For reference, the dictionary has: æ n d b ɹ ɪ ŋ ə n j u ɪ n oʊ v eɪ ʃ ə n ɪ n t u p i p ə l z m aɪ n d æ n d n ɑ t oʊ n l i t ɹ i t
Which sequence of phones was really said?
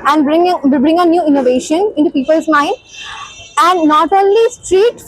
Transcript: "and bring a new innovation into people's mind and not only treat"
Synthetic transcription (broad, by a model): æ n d b ɹ ɪ ŋ ə n j u ɪ n oʊ v eɪ ʃ ə n ɪ n t u p i p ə l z m aɪ n d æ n d n ɑ t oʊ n l i t ɹ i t